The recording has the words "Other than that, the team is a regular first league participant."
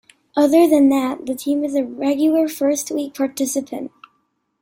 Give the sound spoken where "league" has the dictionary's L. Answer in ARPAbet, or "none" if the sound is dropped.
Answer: W